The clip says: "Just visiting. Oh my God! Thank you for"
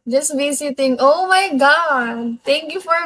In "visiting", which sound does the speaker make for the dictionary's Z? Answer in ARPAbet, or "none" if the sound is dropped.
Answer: S